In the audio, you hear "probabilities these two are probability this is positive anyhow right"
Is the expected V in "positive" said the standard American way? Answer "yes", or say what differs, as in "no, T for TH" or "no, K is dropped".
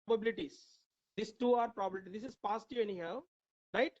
no, V is dropped